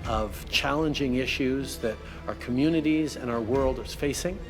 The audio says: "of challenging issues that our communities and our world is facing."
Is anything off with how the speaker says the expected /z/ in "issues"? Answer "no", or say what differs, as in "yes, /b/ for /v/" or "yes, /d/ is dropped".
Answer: no